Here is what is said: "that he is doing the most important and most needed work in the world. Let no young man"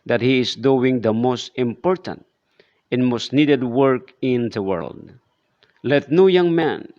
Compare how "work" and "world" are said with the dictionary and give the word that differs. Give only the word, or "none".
none